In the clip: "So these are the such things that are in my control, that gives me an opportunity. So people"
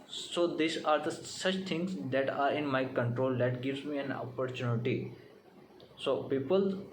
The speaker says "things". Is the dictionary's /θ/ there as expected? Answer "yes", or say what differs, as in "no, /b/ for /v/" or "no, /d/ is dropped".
no, /t/ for /θ/